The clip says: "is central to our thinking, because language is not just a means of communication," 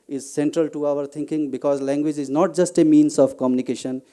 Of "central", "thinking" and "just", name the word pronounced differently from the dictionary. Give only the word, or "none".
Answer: thinking